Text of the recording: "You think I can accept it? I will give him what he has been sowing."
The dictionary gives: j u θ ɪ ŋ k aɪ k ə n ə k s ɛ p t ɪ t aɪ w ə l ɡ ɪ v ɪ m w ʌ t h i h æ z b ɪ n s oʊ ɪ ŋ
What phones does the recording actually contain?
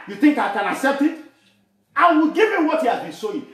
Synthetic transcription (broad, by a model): j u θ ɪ ŋ k aɪ k ə n ə k s ɛ p t ɪ t aɪ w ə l ɡ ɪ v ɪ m w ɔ t h i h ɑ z b ɪ n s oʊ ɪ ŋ